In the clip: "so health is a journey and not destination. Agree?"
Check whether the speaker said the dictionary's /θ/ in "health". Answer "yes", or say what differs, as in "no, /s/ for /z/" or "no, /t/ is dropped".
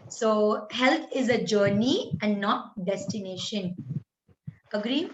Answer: no, /t/ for /θ/